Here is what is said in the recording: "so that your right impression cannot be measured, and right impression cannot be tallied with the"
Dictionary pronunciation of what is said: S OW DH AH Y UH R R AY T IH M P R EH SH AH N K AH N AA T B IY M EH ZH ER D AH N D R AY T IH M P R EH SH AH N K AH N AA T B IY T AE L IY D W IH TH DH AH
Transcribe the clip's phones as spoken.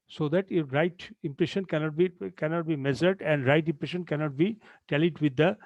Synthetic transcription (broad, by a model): S OW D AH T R R AY T IH M P R EH SH AH N K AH N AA T B IY M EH Z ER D AH N D R AY T IH M P R EH SH AH N K AH N AA T B IY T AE L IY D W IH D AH